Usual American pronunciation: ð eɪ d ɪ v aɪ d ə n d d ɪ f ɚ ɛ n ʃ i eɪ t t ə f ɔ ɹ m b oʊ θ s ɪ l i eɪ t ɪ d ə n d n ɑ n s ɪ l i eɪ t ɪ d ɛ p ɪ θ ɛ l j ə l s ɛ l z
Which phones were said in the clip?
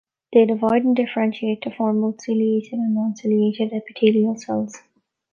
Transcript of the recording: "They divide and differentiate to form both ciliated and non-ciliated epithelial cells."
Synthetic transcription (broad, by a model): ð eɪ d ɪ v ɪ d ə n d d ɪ f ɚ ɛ n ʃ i eɪ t t ə f ɔ ɹ m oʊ t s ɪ l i eɪ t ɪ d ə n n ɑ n s ɪ l i eɪ t ɪ d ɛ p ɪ t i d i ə l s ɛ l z